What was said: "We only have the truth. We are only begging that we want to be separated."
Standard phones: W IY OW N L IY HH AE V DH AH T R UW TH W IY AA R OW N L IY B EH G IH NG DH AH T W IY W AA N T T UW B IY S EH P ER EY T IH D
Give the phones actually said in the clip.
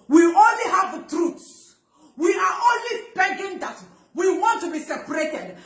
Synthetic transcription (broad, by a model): W IY OW N L IY HH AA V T R UW S W IY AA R OW N L IY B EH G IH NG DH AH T W IY W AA N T T UW B IY S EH P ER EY T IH D